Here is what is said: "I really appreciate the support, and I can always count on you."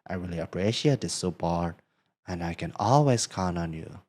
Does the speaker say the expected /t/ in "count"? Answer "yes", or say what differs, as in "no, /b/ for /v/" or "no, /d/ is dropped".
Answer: no, /t/ is dropped